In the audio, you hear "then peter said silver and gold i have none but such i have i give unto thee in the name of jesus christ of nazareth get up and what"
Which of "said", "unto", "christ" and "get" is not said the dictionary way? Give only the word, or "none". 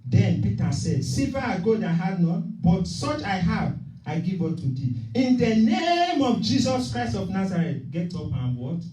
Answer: unto